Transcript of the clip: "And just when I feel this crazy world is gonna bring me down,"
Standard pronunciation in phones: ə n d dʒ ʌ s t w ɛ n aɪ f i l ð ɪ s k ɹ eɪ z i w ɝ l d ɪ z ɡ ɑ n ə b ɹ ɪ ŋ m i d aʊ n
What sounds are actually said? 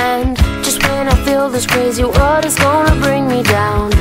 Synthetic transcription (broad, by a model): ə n dʒ ʌ s t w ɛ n aɪ f i l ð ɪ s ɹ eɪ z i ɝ d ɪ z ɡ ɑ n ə b ɹ ɪ ŋ m i d aʊ n